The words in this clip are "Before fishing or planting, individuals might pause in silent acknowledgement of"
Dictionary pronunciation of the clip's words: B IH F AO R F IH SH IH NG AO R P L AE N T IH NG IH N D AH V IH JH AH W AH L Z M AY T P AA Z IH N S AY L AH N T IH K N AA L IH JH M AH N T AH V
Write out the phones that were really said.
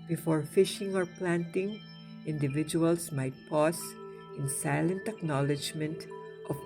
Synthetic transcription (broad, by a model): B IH F AO R F IH SH IH NG AO R P L AE N T IH NG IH N D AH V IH JH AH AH L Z M AY T P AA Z IH N S AY L AH N T IH K N AA L IH JH M AH N T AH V